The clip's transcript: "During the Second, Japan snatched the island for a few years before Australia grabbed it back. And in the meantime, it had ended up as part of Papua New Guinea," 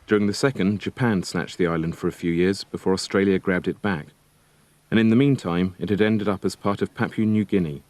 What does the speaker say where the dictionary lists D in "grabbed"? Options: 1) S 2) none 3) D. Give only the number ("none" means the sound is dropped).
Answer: 3